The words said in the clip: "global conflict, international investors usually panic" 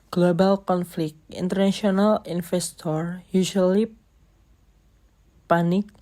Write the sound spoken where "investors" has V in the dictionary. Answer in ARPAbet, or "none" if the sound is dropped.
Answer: F